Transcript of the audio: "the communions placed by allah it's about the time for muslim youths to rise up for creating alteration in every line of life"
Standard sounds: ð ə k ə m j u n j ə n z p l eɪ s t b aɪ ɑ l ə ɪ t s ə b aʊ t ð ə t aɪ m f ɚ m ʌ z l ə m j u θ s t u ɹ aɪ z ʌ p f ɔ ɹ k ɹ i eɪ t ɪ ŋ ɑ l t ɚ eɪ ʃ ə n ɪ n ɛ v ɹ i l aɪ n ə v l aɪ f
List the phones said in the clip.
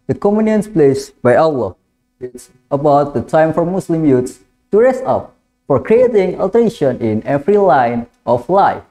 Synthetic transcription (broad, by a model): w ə k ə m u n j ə n s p l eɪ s b aɪ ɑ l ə ɪ t s ə b aʊ t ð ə t aɪ m f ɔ m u s l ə m j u t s t u ɹ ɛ s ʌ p f ɔ ɹ k ɹ i eɪ t ɪ ŋ ɑ l t ɚ eɪ ʃ ə n ɪ n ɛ f ɹ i l aɪ n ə f l aɪ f